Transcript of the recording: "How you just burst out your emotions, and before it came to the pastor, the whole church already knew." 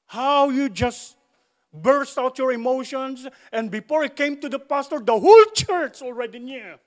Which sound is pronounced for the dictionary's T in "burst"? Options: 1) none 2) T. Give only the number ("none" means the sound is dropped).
2